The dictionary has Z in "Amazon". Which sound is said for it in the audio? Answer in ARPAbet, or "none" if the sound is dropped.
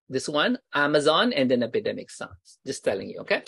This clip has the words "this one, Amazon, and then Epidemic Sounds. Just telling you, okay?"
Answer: Z